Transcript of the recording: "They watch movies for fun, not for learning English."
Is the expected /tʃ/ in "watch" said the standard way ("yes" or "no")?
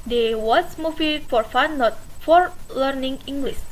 no